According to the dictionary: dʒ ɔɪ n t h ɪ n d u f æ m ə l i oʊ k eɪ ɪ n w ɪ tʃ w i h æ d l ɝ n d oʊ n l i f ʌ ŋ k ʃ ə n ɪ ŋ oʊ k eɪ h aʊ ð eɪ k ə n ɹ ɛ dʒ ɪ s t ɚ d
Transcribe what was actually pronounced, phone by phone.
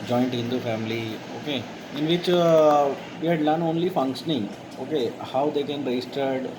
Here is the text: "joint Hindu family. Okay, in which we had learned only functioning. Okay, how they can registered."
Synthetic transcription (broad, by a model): dʒ ɔɪ n t h ɪ n d u f æ m ə l i oʊ k eɪ ɪ n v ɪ tʃ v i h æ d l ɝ n oʊ n l i f ʌ ŋ k ʃ ə n ɪ ŋ oʊ k eɪ h aʊ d eɪ k ə n ɹ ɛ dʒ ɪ s t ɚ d